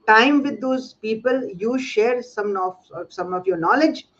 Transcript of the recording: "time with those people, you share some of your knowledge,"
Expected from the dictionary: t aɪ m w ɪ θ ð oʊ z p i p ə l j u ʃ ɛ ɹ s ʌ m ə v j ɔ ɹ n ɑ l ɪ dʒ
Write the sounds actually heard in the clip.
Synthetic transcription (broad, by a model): t aɪ m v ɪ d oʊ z p i p ə l j u ʃ ɛ ɹ s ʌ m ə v j ɔ ɹ n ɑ l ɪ dʒ